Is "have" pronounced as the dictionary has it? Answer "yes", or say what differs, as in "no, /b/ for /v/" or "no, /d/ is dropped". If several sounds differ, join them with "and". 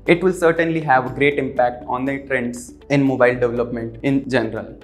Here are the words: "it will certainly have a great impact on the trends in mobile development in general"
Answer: yes